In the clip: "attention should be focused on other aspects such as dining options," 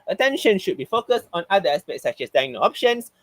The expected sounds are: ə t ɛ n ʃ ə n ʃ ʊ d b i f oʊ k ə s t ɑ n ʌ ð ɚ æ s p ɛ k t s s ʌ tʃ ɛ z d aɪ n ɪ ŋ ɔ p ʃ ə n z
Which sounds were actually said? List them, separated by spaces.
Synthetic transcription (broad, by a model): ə t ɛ n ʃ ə n ʃ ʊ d b i f oʊ k ə s t ɑ n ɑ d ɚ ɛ s p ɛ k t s s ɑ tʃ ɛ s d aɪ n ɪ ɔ p ʃ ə n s